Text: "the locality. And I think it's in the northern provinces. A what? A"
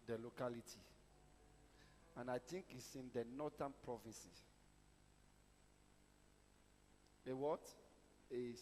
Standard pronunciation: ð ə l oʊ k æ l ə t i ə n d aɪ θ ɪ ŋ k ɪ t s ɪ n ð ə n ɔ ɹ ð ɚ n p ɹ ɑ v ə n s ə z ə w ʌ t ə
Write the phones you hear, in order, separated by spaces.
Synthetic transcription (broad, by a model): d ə l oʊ k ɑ l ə t i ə n aɪ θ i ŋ k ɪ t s ɪ n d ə n ɔ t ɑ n p ɹ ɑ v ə n s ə ə w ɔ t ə